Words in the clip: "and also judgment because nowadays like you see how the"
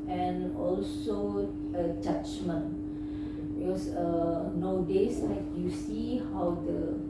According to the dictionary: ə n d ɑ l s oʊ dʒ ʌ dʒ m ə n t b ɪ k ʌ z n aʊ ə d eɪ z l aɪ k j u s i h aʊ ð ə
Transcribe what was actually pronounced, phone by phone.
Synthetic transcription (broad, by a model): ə n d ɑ l s oʊ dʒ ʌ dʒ m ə n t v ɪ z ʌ n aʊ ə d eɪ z l aɪ k j u s i h aʊ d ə